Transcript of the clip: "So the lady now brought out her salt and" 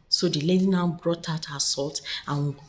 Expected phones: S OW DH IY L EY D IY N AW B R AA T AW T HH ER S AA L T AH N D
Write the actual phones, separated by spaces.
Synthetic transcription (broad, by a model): S OW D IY L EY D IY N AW B R AA T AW T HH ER S AA L T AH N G